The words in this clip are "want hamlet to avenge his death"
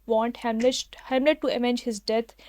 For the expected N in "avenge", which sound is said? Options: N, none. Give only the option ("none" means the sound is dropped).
none